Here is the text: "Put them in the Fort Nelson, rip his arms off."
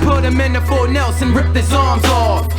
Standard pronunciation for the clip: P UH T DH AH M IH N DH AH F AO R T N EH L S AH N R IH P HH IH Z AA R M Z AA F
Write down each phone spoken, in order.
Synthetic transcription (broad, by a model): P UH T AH M IH N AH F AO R N EH L S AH N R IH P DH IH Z AA R M Z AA